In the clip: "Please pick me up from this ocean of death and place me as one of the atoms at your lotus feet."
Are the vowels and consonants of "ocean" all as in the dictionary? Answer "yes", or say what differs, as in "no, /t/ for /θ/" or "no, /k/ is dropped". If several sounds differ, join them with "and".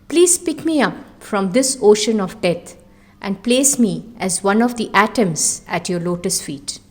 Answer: yes